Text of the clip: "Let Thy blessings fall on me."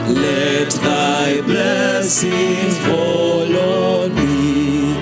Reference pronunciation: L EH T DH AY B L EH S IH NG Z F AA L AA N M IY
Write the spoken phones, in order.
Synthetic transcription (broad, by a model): L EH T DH AY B L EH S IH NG F AA L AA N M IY